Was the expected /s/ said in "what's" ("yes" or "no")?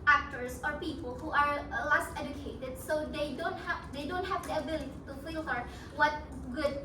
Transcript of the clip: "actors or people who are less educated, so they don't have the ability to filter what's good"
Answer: no